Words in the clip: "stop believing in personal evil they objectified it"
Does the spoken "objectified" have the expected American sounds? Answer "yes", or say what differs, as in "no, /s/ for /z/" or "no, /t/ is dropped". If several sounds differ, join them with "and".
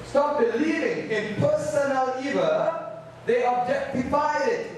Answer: no, /d/ is dropped